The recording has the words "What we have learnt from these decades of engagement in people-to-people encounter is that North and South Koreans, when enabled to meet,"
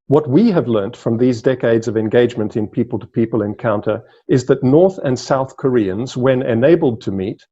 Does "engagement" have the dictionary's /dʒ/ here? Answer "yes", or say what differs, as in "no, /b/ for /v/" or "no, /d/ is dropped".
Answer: yes